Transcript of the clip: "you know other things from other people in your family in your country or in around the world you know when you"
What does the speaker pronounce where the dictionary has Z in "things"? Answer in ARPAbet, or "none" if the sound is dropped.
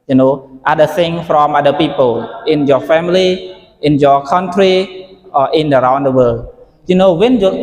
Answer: none